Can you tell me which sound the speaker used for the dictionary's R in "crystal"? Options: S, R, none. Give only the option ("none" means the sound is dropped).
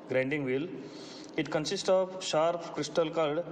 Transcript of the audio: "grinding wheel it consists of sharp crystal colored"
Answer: R